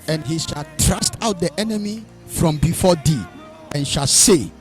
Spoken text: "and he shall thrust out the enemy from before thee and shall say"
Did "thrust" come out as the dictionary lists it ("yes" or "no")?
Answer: no